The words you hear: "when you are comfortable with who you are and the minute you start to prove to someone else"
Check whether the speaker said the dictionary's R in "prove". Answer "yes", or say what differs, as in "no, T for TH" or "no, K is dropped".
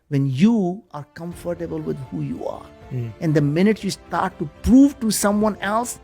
yes